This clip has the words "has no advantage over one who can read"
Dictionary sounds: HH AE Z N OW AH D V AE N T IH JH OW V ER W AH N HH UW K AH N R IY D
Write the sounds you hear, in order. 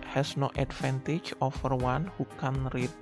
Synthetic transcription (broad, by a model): HH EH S N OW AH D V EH N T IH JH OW F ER W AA N HH UW K AH N R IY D